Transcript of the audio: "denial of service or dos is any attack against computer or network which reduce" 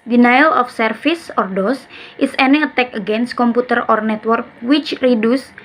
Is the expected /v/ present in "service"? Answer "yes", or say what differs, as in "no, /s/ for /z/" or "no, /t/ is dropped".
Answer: no, /f/ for /v/